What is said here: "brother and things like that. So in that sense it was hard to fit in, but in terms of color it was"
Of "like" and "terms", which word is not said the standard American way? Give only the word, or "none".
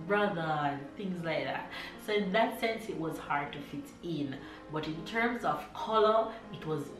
none